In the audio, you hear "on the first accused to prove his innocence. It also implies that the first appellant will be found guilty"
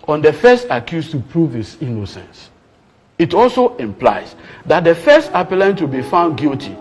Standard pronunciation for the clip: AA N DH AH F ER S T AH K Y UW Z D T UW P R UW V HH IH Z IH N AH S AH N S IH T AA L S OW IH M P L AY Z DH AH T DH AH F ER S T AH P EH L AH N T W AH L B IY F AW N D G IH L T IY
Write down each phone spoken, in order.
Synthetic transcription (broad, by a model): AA N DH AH F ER S T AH K Y UW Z T UW P R UW V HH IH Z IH N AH S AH N S IH T AA L S OW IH M P L AY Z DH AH T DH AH F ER S T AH P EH L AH N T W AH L B IY F AW N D G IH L T IY